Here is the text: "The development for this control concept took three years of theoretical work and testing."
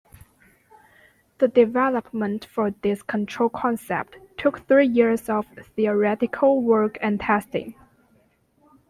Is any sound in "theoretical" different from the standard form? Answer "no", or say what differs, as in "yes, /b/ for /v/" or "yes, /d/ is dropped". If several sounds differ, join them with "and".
no